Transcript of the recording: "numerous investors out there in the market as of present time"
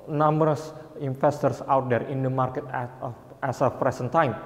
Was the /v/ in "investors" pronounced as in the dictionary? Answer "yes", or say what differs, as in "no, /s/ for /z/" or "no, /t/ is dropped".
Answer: no, /f/ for /v/